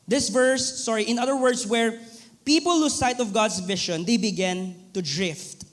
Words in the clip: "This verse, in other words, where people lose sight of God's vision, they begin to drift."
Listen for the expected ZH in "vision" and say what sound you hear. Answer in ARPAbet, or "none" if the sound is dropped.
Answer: SH